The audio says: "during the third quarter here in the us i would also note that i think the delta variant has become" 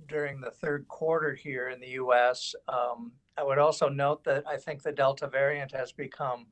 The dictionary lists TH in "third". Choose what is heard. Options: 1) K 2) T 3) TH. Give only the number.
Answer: 3